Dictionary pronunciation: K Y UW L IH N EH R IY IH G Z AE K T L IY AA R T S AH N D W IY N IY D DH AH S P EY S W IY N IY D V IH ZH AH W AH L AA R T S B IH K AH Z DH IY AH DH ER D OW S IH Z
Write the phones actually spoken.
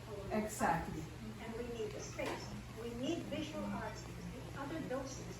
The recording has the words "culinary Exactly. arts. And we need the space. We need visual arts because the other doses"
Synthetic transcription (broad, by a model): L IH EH IH G Z AE K T L IY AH N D W IY N IY D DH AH S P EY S W IY N IY D V IH ZH AH W AH L AA R T S B IH K AH Z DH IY AH DH ER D OW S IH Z